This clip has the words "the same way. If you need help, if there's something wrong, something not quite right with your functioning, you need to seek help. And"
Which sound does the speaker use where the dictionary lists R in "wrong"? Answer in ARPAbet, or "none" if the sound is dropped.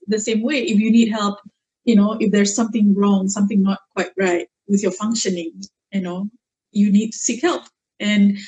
R